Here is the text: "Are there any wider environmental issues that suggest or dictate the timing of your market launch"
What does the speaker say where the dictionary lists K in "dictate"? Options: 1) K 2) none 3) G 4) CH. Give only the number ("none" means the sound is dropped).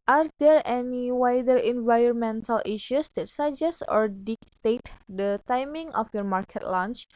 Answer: 1